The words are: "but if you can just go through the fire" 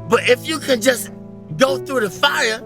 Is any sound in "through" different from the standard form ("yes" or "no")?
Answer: no